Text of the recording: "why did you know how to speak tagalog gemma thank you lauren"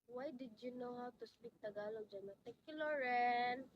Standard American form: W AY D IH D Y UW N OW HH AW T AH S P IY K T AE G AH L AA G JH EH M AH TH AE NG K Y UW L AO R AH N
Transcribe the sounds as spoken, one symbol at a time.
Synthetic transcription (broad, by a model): W AY D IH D Y UW N OW HH AW T AH S P IY K T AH G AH L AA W JH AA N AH T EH K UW L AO R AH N